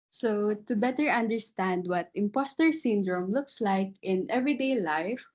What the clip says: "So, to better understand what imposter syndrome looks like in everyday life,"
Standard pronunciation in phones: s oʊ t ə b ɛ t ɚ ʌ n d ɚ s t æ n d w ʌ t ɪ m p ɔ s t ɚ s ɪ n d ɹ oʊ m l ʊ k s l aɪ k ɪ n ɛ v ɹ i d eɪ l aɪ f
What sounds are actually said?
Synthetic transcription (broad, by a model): s oʊ t ə b ɛ t ɚ ʌ n d ɚ s t æ n d w ʌ t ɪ m p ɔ s t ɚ s ɪ n d ɹ oʊ m l ʊ k s l aɪ k ɪ n ɛ v ɹ i d eɪ l aɪ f